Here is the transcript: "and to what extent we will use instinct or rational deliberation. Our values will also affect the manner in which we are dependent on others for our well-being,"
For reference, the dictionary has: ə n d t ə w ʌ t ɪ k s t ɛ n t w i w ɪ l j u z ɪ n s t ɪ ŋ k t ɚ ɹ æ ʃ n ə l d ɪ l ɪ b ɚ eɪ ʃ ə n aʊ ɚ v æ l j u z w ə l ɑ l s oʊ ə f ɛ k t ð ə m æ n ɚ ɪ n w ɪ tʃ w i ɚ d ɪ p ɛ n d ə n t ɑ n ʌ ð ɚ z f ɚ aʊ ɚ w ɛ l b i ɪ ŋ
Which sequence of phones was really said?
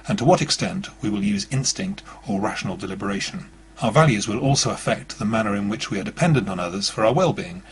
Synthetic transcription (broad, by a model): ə n t ə w ʌ t ɪ k s t ɛ n t w i w ɪ l j u z ɪ n s t ɪ ŋ k t ɚ ɹ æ ʃ n l d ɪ l ɪ b ɚ eɪ ʃ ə n aʊ ɚ v æ l j u z w ə l ɑ l s oʊ ə f ɛ k t ð ə m æ n ɚ ɪ n w ɪ tʃ w i ɚ d ɪ p ɛ n d ə n t n ʌ ð ɚ z f ɚ aʊ ɚ w ɛ l b i ɪ ŋ